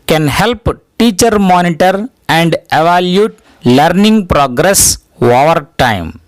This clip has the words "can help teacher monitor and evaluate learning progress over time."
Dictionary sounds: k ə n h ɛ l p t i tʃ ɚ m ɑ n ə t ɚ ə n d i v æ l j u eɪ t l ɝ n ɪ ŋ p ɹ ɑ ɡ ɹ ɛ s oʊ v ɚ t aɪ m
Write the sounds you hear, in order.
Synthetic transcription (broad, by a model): k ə n h ɛ l p t i tʃ ɚ m ɑ n ə t ɚ ə n d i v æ l j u t l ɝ n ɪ ŋ p ɹ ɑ ɡ ɹ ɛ s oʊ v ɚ t aɪ m